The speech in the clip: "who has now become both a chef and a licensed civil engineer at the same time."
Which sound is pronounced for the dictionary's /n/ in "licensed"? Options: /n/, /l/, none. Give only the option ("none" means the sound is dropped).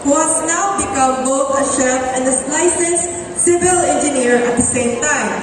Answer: none